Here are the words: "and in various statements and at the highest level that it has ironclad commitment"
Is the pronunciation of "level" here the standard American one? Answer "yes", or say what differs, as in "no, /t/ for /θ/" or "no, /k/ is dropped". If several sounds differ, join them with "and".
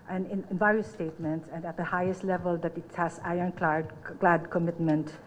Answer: yes